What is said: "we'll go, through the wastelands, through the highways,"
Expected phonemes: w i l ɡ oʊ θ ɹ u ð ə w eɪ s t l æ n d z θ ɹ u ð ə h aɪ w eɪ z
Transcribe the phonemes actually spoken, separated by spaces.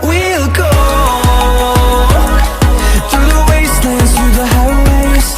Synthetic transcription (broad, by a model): w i l ɡ oʊ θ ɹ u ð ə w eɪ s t ɪ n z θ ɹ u ð ə h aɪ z